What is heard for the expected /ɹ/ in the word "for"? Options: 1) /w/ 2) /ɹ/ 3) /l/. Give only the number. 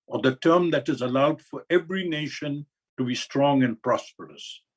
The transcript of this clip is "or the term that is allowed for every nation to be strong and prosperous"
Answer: 2